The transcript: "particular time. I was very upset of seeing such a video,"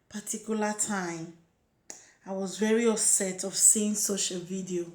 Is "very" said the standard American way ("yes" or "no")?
yes